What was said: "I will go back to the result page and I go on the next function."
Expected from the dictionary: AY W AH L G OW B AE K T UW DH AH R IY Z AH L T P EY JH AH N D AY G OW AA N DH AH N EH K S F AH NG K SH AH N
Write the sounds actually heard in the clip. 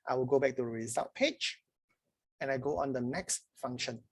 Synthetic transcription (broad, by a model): AY W AH L G OW B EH K T UW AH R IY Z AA T P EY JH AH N AY G OW AA N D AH N EH K S F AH NG K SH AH N